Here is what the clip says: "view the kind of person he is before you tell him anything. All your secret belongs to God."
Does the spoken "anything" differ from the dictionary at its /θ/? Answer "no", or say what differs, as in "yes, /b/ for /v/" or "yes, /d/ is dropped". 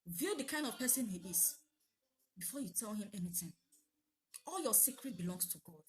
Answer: yes, /t/ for /θ/